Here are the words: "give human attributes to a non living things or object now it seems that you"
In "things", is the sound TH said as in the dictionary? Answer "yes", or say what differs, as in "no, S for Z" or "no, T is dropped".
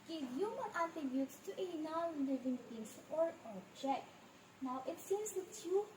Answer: no, T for TH